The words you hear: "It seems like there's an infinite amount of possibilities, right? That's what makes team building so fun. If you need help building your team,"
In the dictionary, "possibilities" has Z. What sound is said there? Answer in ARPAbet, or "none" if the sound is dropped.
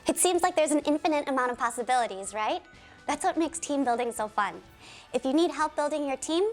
Z